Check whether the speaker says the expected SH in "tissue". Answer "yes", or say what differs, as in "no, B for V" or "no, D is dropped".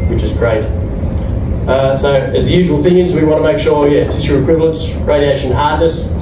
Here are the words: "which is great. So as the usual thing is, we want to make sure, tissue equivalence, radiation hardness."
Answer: no, S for SH